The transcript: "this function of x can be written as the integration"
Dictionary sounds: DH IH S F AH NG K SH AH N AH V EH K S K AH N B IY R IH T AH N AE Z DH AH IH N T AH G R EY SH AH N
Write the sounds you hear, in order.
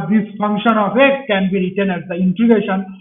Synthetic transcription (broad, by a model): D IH S F AH NG K SH AH N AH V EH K K AH N B IY R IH T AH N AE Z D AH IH N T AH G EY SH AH N